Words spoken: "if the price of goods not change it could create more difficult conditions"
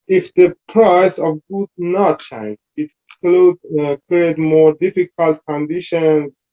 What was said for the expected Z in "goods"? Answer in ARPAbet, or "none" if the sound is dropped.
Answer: none